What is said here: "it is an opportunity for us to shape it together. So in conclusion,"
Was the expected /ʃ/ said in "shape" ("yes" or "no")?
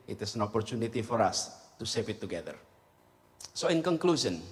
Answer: no